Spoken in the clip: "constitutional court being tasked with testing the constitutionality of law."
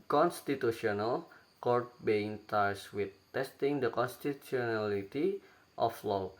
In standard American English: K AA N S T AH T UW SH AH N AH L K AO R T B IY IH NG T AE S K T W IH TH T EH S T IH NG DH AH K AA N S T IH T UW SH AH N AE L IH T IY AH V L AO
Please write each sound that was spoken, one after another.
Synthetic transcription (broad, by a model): K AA N S T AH T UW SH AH N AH L K AO R T B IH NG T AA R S W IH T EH S T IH NG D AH K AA N S T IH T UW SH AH N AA L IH T IY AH F L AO